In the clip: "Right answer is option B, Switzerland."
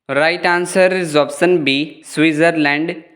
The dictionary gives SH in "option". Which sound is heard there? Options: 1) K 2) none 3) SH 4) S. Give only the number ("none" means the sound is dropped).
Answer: 4